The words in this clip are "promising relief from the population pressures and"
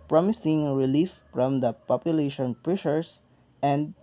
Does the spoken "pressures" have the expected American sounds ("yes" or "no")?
no